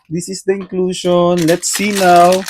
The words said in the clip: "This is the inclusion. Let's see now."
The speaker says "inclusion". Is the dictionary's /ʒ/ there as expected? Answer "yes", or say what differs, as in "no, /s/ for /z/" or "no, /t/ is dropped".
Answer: no, /ʃ/ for /ʒ/